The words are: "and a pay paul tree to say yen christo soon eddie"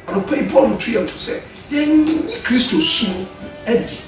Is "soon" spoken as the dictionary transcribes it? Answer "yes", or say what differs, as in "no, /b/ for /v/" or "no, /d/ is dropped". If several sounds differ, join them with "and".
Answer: no, /n/ is dropped